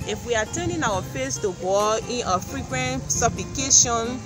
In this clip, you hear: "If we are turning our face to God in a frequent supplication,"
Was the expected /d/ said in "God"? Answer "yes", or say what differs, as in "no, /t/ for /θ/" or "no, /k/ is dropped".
no, /d/ is dropped